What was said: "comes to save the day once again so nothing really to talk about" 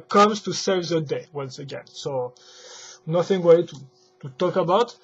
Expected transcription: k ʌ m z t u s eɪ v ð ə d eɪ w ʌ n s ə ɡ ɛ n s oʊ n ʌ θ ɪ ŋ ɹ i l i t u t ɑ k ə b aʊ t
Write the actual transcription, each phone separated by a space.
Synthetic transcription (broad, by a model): k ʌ m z t u s eɪ v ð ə d eɪ w ʌ n s ə ɡ ɛ n s oʊ n ʌ θ ɪ ŋ w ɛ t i t u t ɑ k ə b aʊ t